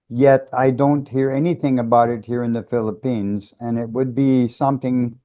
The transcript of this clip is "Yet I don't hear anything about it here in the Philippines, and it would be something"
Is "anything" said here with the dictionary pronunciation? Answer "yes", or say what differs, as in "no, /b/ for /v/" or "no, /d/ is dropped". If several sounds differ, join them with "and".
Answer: yes